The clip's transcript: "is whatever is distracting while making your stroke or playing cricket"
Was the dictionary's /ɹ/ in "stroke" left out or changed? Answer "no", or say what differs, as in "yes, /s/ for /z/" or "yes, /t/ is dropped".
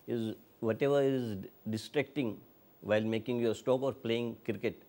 yes, /ɹ/ is dropped